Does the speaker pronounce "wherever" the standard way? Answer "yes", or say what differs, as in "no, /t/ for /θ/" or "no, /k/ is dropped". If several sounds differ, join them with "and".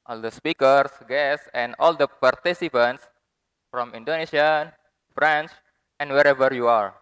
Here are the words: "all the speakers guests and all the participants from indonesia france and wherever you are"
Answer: yes